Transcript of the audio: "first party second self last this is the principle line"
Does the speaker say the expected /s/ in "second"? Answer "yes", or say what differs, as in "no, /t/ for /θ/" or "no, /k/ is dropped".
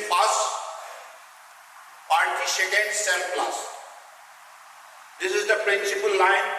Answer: no, /ʃ/ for /s/